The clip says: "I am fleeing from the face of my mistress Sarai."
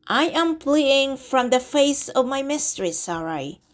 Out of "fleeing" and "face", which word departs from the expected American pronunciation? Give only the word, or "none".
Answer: fleeing